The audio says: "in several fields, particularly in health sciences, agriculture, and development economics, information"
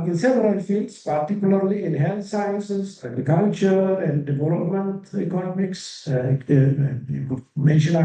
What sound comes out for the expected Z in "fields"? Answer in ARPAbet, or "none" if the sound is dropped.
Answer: S